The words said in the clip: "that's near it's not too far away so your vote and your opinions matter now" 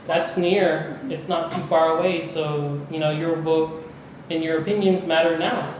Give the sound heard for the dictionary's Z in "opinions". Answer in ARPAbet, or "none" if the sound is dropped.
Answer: Z